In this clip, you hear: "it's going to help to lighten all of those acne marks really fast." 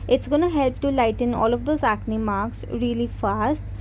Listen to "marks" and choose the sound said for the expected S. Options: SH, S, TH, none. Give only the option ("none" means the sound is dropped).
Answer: S